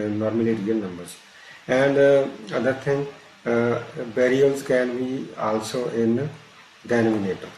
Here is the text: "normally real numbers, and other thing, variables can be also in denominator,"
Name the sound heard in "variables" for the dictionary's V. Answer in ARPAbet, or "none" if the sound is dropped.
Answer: B